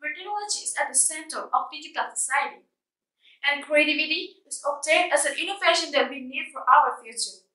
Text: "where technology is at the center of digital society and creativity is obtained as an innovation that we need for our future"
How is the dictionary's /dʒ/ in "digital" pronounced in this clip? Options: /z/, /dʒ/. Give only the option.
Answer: /z/